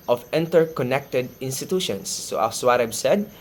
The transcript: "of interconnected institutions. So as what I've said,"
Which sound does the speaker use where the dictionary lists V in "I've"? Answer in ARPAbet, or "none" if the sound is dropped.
B